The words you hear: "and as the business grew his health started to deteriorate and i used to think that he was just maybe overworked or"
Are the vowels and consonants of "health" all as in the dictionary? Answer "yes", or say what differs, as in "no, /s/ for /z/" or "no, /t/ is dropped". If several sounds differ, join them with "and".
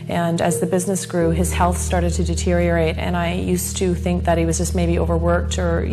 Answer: yes